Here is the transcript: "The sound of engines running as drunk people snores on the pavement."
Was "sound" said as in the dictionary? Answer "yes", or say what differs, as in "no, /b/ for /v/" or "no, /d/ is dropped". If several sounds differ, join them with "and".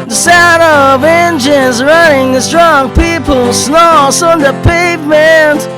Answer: no, /n/ is dropped